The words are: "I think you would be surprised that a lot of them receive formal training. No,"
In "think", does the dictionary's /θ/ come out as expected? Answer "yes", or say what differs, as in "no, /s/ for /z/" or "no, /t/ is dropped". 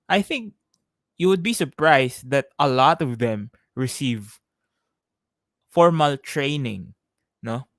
yes